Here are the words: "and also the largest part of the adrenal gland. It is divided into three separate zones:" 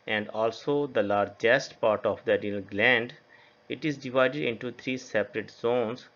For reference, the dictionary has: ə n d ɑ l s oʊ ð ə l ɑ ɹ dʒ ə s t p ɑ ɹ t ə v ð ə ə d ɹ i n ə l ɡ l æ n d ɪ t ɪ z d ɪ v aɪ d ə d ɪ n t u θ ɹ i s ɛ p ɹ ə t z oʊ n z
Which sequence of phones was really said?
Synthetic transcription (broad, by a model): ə n d ɑ l s oʊ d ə l ɑ ɹ dʒ ə s t p ɑ ɹ t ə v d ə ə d i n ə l ɡ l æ n d ɪ t ɪ z d ɪ v aɪ d ə d ɪ n t u t ɹ i s ɛ p ɹ ə t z oʊ n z